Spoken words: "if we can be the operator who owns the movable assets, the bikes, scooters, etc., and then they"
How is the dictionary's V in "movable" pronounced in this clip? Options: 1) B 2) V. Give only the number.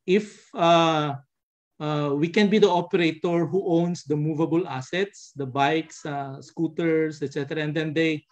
2